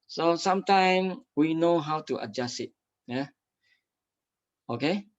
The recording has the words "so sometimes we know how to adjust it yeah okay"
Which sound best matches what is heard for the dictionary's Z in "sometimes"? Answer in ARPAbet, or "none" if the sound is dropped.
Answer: none